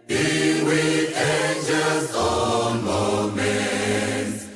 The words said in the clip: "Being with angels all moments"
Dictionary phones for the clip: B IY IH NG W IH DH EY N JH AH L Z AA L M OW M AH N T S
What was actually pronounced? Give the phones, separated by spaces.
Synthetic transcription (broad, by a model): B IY W IH DH EY N JH AH L Z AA N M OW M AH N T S